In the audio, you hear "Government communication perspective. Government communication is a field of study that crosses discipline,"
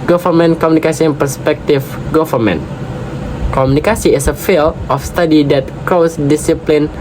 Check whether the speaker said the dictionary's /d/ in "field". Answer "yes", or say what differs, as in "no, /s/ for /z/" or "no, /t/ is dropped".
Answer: no, /d/ is dropped